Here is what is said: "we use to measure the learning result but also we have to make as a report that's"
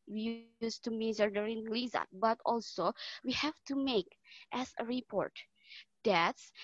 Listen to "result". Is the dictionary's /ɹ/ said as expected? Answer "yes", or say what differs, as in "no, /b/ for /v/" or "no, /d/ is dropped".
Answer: no, /l/ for /ɹ/